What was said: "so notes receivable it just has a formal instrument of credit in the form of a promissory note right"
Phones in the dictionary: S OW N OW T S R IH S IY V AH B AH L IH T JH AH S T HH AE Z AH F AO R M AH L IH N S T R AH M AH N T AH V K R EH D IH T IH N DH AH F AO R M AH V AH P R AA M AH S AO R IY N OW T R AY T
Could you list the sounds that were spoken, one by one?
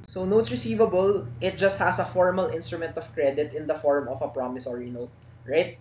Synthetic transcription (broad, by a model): S OW N OW T S R IH S IY V AH B AH L IH T JH AH S T HH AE S AH F AO R M AH L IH N S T R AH M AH N T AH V K R EH D IH T IH N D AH F AO R M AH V AH P R AA M AH S AO R IY N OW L R AY T